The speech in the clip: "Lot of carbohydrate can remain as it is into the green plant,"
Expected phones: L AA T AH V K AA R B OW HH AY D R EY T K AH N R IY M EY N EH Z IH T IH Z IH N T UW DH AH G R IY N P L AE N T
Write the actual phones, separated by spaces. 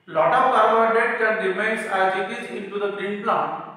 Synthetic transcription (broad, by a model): L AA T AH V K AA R OW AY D EY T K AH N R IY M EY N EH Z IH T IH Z IH N T UW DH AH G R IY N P L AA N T